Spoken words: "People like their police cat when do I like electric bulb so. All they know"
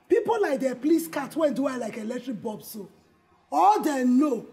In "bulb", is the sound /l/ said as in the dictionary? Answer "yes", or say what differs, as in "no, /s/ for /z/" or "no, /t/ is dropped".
no, /l/ is dropped